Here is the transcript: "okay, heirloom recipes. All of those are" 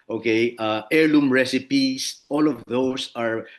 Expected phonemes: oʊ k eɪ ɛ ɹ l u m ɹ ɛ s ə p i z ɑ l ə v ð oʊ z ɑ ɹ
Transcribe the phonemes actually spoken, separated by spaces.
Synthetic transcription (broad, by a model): oʊ k eɪ ɛ ɹ l u m ɹ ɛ s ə p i s ɑ l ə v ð oʊ s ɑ ɹ